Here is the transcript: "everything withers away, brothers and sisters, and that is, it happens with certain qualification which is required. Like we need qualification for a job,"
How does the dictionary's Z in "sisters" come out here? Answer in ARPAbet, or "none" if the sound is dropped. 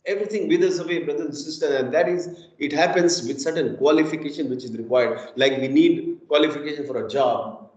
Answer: none